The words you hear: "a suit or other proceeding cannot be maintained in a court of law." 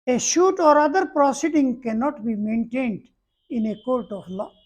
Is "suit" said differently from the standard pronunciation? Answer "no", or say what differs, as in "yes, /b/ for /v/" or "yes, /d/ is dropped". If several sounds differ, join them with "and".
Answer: yes, /ʃ/ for /s/